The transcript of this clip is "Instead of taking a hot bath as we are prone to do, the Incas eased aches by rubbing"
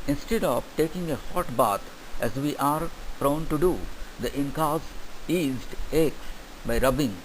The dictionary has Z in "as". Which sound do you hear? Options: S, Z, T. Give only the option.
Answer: Z